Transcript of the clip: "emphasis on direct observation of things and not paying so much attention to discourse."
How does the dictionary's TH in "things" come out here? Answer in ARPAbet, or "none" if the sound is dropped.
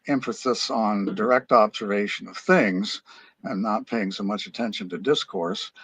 TH